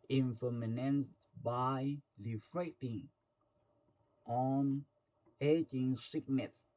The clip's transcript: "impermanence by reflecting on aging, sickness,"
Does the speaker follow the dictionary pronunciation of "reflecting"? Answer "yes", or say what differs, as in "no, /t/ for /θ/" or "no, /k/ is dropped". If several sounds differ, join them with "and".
no, /l/ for /ɹ/ and /k/ is dropped